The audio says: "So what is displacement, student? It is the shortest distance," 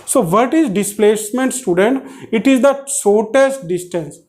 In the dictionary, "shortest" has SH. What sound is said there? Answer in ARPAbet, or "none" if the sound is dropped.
S